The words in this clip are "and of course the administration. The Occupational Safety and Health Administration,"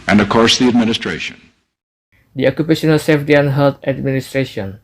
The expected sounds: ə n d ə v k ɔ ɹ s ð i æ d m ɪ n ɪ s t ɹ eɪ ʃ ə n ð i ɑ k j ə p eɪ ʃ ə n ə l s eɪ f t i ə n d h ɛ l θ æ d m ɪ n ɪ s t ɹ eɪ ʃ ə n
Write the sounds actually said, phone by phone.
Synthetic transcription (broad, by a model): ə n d ə v k ɔ ɹ s ð i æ d m ɪ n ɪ s t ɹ eɪ ʃ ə n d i ɑ k j ə p eɪ ʃ ə n ə l s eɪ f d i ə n h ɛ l t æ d m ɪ n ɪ s t ɹ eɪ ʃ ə n